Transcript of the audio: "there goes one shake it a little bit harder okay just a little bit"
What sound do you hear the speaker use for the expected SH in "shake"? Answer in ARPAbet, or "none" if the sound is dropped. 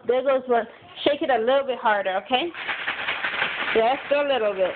SH